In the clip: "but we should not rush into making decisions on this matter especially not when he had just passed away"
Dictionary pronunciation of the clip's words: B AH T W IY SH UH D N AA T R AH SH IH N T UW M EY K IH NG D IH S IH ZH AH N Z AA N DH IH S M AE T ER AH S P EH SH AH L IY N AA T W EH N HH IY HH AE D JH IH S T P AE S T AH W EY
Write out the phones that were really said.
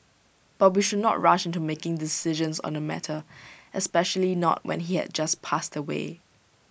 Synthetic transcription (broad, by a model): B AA T W IY SH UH D N AA T R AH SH IH N T UW M EY K IH NG D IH S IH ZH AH N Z AA N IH M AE T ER AH S P EH SH AH L IY N AA T W EH N HH IY HH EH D JH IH S P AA S T AH W EY